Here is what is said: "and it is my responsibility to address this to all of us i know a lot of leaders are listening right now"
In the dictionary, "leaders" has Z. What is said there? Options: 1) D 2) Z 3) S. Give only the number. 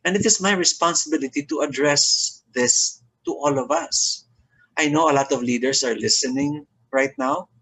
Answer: 3